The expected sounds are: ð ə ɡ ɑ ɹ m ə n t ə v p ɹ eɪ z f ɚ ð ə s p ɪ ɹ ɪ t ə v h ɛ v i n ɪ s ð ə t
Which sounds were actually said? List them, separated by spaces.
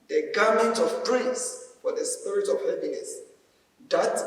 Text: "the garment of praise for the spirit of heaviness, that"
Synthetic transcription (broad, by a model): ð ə ɡ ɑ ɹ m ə n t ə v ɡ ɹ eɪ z f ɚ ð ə s p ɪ ɹ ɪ t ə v h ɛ p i n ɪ s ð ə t